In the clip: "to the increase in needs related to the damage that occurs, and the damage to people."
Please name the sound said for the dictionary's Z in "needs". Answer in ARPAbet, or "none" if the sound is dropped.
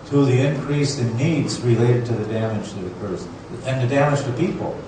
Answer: Z